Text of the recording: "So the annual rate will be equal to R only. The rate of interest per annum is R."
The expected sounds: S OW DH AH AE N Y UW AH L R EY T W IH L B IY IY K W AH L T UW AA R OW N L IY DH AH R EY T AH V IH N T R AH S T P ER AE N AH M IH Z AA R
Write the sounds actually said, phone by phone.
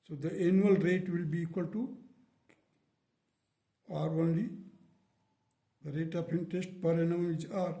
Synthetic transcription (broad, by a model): S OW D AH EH N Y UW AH L R EY T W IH L B IY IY K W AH L T UW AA R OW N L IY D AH R EY T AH P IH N T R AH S T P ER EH N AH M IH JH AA R